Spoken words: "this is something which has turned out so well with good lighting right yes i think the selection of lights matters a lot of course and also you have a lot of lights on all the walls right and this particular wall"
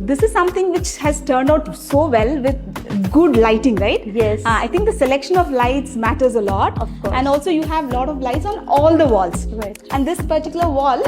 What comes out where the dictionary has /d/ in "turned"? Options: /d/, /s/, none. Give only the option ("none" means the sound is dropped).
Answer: /d/